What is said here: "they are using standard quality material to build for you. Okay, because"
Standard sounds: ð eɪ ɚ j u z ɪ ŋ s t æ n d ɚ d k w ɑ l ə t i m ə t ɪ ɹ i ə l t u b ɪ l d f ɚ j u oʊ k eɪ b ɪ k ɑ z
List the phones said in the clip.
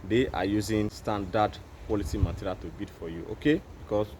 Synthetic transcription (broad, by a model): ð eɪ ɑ j u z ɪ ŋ s t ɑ n d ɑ d k w ɑ l ə t i m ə t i ɹ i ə l t u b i d f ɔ j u oʊ k eɪ b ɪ k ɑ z